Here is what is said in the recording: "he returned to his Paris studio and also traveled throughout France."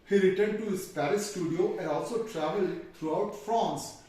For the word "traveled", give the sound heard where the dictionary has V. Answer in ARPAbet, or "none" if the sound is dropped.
V